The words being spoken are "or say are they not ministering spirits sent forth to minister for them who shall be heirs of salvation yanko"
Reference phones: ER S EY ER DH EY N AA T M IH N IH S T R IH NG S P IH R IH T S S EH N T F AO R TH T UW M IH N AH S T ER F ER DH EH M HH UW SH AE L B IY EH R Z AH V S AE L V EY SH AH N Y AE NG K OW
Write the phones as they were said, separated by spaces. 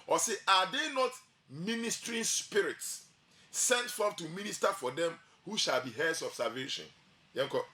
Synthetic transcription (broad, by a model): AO S EY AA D EY N AA T M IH N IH S T R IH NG S P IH R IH T S S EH N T F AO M T UW M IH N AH S T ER F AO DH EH M HH UW SH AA L B IY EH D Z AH B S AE V EY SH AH N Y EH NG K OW